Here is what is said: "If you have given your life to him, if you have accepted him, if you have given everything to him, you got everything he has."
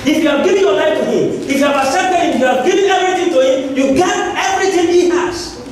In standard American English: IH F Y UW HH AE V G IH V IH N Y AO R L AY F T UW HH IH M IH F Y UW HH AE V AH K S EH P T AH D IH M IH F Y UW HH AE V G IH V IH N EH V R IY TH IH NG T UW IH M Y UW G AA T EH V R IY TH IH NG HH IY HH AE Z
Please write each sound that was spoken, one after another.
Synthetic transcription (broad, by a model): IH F Y UW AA G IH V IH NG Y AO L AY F T UW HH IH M IH F Y UW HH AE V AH S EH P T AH IH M IH F Y UW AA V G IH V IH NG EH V R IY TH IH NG T UW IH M Y UW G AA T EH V R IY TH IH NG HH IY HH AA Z